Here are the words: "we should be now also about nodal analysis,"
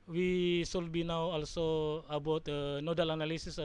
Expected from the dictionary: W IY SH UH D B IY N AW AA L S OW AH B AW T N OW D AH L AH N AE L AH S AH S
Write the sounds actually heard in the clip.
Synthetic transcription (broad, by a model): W IY S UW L B IY N AW AA L S OW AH B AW T N OW D AH L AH N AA L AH S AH S